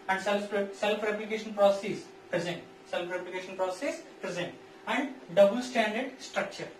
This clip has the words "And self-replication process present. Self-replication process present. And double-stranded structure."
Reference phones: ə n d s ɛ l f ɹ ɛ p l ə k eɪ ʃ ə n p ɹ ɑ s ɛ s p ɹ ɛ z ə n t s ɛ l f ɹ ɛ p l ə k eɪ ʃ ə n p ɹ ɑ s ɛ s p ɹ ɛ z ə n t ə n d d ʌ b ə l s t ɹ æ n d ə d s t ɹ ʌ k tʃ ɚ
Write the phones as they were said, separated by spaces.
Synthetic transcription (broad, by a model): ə n d s ɛ l f ɹ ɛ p l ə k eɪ ʃ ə n p ɹ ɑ s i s p ɹ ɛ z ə n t s ɛ l f ɹ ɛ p l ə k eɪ ʃ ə n p ɹ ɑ s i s p ɹ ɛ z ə n t ə n d d ʌ b ə l s t æ n d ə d s t ɹ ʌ k tʃ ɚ